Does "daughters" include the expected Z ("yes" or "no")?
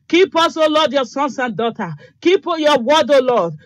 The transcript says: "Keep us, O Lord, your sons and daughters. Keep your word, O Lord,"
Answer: no